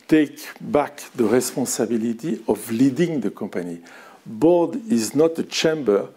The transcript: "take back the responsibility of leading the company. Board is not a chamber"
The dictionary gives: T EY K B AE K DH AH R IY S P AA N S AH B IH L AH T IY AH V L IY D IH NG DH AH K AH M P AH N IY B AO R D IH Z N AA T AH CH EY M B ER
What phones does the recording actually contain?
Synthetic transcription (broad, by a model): T EY K B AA K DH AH R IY S P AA S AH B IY L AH T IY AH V L IY D IH NG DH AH K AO P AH N IY B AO D IH Z N AA T AH CH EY M B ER